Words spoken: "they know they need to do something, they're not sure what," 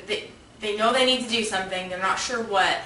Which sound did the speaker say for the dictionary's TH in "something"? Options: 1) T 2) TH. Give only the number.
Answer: 2